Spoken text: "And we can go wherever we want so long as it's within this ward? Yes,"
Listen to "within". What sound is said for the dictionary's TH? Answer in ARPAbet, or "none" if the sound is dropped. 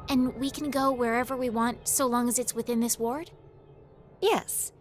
TH